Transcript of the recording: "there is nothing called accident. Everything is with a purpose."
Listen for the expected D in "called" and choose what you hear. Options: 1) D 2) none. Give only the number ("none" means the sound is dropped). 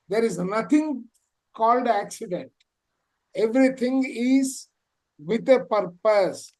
1